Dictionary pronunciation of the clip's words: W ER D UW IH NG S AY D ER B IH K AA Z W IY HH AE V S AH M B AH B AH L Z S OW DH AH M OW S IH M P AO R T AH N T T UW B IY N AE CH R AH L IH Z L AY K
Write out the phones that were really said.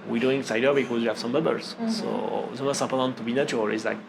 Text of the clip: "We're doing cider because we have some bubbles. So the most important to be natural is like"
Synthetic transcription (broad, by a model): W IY D UW IH NG S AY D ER B IH K AA Z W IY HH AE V S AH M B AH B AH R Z S OW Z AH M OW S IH P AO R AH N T T UW B IY N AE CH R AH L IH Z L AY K